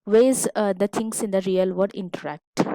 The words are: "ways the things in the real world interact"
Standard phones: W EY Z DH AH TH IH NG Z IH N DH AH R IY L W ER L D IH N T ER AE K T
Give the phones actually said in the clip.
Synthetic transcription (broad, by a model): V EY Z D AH T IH NG S IH N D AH R IY L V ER D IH N T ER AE K T